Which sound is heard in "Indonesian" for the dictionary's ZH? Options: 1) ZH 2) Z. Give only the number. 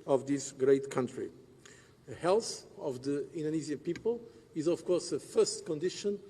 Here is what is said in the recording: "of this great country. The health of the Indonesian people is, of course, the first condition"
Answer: 2